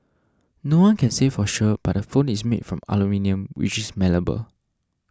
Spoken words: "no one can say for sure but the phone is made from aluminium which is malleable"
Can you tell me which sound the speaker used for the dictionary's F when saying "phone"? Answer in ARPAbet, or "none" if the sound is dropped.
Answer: F